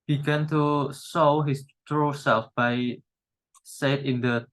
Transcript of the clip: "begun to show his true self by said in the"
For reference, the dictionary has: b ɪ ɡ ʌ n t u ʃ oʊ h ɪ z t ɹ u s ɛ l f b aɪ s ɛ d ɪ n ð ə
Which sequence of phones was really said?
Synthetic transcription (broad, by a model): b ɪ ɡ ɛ n t u s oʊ h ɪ s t ɹ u s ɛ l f b aɪ s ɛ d ɪ n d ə